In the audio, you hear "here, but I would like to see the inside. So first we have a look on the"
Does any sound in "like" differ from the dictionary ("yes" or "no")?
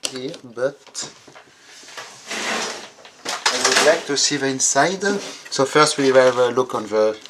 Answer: no